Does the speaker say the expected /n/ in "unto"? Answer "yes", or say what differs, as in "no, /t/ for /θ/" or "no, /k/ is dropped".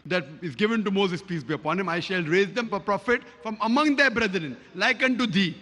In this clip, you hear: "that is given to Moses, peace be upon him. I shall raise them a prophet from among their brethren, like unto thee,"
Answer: yes